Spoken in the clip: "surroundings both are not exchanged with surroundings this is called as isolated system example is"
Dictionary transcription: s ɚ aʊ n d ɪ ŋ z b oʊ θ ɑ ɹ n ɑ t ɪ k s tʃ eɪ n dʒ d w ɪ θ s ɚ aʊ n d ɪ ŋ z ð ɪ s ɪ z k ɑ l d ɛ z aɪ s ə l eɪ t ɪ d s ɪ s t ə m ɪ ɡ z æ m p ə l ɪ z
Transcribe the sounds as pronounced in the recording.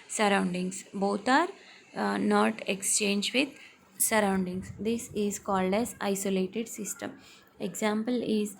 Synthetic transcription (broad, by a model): s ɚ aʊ n d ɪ ŋ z b oʊ t ɑ ɹ n ɑ t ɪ k s tʃ eɪ n dʒ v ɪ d s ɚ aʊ n d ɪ ŋ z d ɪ s ɪ z k ɑ l d ɛ z aɪ s ə l eɪ t ɪ d s ɪ s t ə m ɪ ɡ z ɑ m p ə l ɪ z